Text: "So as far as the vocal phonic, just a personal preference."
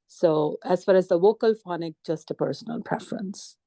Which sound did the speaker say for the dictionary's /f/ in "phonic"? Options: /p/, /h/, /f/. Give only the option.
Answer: /f/